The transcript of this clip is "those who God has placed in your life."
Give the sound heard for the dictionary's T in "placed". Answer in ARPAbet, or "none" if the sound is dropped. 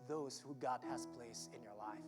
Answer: none